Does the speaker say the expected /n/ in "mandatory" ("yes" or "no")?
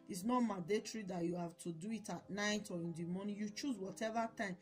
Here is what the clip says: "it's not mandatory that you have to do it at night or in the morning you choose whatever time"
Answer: no